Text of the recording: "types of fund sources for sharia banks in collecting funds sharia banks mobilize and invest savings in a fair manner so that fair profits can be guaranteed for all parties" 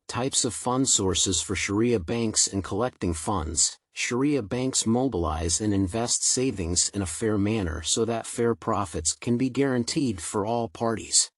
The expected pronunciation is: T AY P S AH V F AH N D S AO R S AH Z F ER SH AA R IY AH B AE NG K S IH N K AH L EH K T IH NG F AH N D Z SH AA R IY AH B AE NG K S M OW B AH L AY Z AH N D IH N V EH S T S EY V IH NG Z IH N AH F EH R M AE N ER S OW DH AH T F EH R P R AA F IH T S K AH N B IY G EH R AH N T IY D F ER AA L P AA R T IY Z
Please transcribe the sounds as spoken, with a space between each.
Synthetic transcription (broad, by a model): T AY P S AH V F AH N D S AO R S AH Z F ER SH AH R IY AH B AE NG K S IH N K AH L EH K T IH NG F AH N D Z SH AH R IY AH B AE NG K S M OW B AH L AY Z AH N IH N V EH S T S EY V IH NG Z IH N AH F EH R M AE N ER S OW DH AH T F EH R P R AA F IH T S K AH N B IY G EH R AH N T IY D F ER AA L P AA R T IY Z